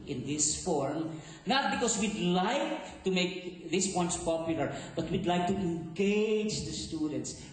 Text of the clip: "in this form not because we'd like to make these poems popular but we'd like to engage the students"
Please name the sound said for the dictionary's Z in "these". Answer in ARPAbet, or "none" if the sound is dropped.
S